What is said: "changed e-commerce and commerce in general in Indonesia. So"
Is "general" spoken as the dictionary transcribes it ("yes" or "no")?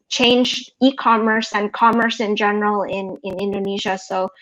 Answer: no